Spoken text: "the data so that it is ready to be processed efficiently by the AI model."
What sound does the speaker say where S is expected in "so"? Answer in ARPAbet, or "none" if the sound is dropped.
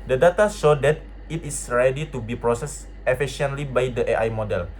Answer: SH